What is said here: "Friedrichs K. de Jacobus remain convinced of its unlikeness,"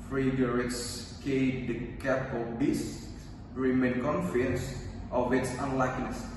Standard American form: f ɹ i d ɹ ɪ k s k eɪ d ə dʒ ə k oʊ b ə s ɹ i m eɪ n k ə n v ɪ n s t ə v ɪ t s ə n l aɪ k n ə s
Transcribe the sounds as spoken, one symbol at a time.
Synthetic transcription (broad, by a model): f ɹ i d ɹ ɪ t s k eɪ d ə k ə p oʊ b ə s ɹ i m eɪ n k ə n f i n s t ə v ɪ t s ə n l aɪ k n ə s